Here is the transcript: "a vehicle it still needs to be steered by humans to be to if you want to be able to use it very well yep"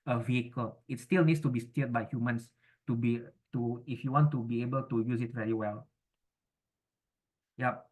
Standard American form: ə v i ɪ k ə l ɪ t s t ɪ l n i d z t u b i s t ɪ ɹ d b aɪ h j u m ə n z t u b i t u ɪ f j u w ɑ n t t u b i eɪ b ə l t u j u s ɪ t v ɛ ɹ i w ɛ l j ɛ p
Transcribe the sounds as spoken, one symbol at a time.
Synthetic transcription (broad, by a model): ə v i ɪ k ə l ɪ t s t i l n i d s t u b i s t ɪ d b aɪ h j u m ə n s t u b i t u ɪ f j u w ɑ n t t u b i eɪ b ə l t u j u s ɪ t v ɛ ɹ i w ɛ l j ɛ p